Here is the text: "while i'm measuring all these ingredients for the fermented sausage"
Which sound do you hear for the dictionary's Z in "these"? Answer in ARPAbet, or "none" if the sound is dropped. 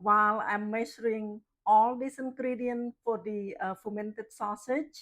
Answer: S